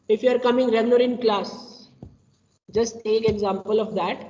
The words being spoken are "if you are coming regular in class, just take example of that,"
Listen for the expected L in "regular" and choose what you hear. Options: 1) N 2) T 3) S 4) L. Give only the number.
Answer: 1